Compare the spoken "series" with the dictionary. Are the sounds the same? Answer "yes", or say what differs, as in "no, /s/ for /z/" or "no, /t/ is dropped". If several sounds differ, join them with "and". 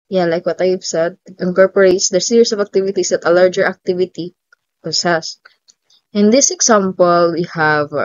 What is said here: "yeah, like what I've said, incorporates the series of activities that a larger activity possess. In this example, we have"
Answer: no, /s/ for /z/